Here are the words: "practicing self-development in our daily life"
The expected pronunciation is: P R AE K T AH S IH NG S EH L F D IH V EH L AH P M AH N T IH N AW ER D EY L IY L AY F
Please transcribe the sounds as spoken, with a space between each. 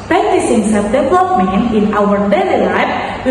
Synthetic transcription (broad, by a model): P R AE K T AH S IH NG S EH F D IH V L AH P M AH N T IH N AW ER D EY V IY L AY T